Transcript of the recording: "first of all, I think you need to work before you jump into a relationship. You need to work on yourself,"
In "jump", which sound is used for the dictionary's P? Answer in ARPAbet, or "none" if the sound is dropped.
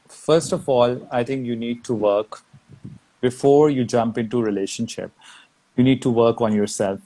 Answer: P